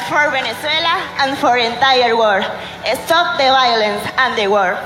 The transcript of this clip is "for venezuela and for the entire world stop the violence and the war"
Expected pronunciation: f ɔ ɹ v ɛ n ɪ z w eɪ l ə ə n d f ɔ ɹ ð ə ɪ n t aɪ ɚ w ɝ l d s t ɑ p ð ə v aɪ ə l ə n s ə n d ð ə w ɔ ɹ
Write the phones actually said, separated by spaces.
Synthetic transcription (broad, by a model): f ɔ ɹ b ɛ n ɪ s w eɪ l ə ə n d f ɔ ɹ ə n t aɪ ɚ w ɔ d s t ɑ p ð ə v aɪ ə l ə n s ə n d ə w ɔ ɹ